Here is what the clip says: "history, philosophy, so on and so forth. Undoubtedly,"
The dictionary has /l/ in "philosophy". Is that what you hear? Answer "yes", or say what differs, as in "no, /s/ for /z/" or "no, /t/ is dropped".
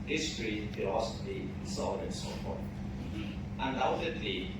no, /l/ is dropped